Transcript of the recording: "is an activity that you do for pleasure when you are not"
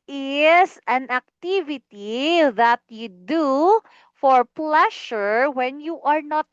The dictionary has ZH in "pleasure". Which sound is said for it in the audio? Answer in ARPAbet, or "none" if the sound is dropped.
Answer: SH